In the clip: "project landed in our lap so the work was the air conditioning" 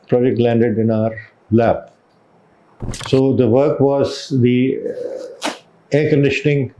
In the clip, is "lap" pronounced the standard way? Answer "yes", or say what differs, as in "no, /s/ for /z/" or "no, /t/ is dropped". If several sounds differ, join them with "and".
no, /b/ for /p/